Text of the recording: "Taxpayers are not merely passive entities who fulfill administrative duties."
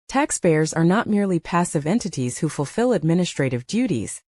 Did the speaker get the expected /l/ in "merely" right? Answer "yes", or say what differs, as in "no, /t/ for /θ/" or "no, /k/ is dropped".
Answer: yes